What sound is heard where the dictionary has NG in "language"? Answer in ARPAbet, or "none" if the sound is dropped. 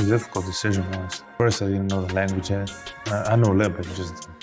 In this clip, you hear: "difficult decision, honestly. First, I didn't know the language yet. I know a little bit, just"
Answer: NG